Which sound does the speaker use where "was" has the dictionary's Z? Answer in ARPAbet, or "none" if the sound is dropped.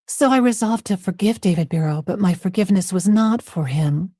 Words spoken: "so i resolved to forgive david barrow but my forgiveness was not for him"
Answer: Z